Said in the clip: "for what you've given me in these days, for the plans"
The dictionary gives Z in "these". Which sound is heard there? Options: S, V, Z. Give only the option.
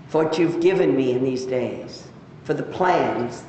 Z